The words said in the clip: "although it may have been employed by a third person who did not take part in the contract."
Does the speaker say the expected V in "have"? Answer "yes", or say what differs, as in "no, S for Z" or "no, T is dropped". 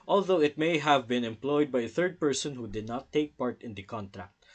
yes